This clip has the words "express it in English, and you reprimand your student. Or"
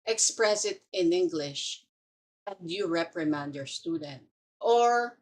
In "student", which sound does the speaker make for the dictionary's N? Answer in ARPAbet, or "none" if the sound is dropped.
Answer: N